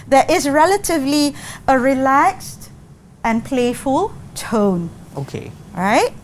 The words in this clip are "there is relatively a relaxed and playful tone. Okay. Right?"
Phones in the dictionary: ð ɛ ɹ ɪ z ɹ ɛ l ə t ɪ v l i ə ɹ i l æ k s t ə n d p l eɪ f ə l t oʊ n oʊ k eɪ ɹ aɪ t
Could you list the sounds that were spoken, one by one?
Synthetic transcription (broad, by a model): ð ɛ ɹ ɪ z ɹ ɛ l ə t ɪ v l i ə ɹ i l æ k s t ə n p l eɪ f ə l t oʊ n oʊ k eɪ ɹ aɪ t